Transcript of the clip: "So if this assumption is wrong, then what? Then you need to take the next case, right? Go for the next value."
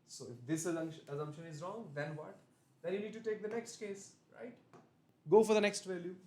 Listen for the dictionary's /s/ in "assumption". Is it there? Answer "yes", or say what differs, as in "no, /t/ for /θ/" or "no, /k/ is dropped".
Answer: no, /ʃ/ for /s/